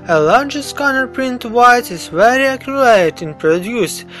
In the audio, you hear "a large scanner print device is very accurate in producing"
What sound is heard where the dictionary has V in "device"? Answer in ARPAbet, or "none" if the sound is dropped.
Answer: none